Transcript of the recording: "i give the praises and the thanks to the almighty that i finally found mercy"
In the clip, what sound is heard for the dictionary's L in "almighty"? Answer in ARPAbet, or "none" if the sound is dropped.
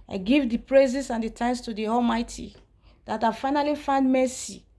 L